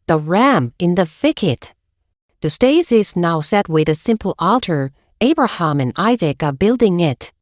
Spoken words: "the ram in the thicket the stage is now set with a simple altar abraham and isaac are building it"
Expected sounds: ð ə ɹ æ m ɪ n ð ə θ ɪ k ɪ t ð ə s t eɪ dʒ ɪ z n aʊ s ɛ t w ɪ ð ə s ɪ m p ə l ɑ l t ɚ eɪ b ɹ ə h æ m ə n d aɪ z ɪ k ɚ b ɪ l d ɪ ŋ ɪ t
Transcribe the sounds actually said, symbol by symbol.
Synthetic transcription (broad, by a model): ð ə ɹ æ m ɪ n ð ə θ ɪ k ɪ t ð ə s t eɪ z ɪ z n aʊ s ɛ t w ɪ ð ə s ɪ m p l ɑ l t ɚ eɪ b ɹ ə h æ m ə n aɪ z ɪ k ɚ b ɪ l d ɪ ŋ ɪ t